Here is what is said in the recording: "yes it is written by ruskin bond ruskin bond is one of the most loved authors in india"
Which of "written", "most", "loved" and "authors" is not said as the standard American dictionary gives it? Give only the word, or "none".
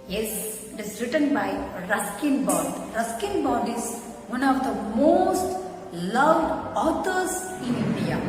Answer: authors